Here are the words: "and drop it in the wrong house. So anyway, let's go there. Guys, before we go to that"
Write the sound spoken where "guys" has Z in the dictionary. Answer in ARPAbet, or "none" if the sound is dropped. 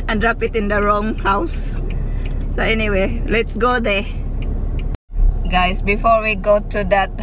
S